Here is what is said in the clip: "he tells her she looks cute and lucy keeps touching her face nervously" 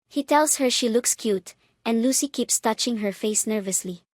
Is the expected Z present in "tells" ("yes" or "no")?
no